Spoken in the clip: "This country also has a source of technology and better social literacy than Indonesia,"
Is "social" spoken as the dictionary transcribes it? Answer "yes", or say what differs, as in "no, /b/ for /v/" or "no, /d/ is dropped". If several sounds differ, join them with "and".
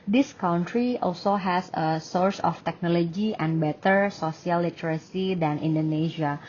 no, /s/ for /ʃ/